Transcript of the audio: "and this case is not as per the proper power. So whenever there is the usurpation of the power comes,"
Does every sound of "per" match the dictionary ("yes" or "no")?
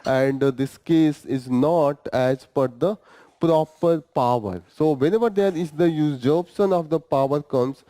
no